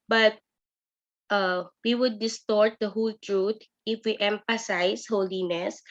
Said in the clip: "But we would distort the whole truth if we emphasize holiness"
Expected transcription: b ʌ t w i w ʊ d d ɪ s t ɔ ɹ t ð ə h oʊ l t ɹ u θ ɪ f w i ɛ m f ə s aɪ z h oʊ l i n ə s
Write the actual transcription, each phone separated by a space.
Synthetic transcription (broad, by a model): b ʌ t w i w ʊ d d ɪ s t ɔ ɹ t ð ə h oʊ l t ɹ u t ɪ f w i ɛ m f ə s aɪ s h oʊ l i n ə s